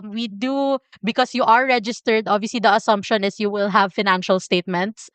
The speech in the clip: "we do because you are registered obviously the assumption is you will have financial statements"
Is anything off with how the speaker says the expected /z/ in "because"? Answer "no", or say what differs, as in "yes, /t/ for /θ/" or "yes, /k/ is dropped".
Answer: yes, /s/ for /z/